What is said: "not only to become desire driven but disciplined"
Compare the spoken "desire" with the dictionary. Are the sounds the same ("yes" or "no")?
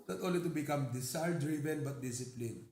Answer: no